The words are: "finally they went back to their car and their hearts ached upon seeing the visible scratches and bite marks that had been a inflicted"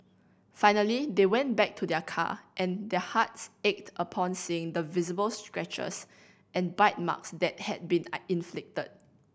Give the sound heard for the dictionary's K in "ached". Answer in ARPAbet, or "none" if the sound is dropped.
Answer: K